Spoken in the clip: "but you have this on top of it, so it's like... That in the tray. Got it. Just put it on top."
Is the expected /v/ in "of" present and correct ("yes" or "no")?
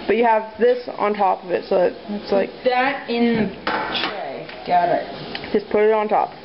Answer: yes